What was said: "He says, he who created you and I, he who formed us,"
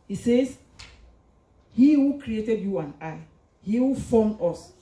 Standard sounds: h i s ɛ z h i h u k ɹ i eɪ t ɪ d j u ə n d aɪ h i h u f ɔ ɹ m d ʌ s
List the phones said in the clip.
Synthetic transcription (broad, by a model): h i s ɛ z h i h u k ɹ i eɪ t ɪ d j u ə n aɪ h i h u f ɔ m ɔ s